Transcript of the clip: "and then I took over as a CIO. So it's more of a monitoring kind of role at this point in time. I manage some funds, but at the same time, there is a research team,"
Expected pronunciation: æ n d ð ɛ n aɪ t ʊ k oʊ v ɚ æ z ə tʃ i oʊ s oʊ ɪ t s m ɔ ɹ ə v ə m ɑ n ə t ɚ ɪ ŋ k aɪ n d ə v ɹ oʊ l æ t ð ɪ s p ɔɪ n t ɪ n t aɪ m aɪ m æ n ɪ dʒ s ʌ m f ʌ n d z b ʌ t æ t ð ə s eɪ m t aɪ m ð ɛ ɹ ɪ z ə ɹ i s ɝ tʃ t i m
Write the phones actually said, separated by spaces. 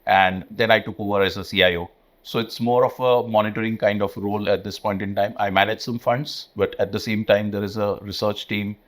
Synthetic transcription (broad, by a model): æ n d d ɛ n aɪ t ʊ k oʊ v ɚ æ z ə s i oʊ s oʊ ɪ t s m ɔ ɹ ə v ə m ɑ n ə t ɚ ɪ ŋ k aɪ n d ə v ɹ oʊ l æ t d ɪ s p ɔɪ n t ɪ n t aɪ m aɪ m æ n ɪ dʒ s ʌ m f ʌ n d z b ʌ t æ t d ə s eɪ m t aɪ m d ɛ ɹ ɪ z ə ɹ i s ɝ tʃ t i m